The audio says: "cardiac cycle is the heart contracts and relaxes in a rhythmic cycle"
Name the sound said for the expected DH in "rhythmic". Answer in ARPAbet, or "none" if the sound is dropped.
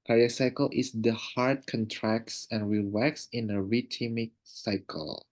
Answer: none